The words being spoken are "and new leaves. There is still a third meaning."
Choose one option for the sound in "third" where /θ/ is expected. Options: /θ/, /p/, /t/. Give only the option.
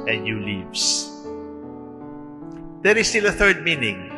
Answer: /θ/